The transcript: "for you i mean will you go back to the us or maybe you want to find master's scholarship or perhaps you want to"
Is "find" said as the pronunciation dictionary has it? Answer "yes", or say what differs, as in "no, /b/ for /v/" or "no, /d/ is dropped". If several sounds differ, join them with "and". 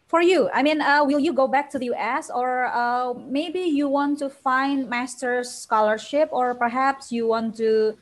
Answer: yes